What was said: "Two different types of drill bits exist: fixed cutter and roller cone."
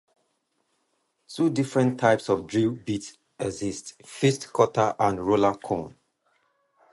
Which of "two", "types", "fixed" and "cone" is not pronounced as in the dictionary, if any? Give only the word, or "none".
fixed